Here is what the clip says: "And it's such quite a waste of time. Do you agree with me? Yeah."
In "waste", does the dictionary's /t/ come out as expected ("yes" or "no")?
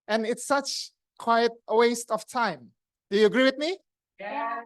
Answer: yes